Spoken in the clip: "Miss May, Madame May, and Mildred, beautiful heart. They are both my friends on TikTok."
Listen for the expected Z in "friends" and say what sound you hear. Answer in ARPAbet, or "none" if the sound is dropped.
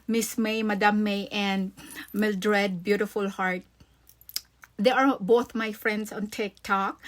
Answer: S